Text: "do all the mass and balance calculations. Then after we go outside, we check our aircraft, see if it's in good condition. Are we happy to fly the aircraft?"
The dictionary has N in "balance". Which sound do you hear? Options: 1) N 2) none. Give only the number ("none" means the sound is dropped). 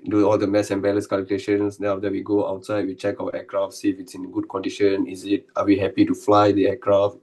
2